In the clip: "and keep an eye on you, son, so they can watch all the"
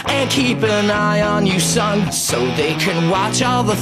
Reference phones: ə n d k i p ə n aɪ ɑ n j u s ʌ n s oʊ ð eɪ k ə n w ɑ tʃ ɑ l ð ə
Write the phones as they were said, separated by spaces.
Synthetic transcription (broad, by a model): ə n k i p ə n aɪ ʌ n j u s ʌ n s oʊ ð eɪ k ə n w ɑ tʃ ɑ l ð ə